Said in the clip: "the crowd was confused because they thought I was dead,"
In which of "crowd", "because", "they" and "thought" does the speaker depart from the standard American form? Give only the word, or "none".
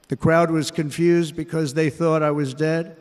none